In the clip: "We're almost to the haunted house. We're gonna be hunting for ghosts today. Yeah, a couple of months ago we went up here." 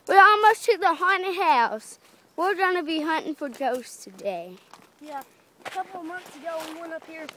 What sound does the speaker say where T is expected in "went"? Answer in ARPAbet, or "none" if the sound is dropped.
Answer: none